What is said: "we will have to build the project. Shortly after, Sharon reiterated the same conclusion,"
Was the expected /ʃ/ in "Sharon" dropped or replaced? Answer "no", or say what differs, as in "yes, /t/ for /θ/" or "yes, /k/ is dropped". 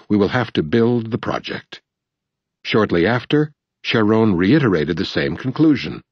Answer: no